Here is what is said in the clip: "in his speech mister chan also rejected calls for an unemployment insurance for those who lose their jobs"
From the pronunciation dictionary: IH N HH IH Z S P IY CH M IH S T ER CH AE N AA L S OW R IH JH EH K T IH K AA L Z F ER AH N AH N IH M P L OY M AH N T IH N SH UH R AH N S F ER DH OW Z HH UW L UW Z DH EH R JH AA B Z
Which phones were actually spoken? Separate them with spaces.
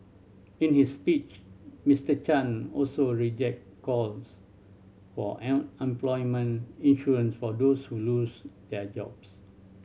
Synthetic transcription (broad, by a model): IH N HH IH S P IY CH M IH S T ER CH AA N AA L S OW R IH JH EH K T K AA L S F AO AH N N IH M P L OY M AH N IH N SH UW R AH N S F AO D OW S HH UW L UW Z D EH JH AA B S